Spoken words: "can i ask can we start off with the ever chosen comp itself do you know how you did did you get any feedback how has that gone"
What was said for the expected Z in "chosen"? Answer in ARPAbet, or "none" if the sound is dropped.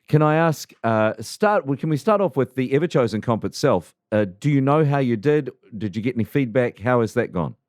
Z